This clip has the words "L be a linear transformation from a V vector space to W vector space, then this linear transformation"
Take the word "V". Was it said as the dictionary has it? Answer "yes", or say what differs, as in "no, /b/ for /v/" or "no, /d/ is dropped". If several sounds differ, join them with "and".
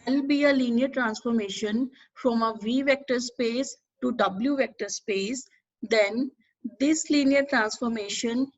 yes